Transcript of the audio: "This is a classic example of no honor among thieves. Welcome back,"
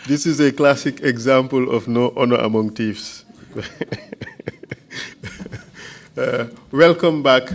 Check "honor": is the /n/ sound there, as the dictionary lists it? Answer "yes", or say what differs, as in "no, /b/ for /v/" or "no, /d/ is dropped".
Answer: yes